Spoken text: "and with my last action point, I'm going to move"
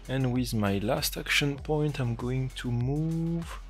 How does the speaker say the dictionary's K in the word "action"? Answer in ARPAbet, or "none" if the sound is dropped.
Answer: K